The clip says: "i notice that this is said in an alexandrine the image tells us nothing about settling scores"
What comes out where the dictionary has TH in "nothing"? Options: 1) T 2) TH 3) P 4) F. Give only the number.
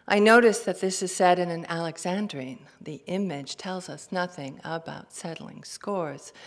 2